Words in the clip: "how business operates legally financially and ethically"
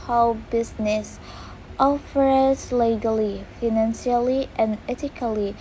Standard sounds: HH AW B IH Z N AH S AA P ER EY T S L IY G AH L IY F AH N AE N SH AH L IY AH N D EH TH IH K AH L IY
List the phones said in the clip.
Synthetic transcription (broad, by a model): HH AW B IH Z N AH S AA F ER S L IY G AH L IY F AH N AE N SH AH L IY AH N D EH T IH K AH L IY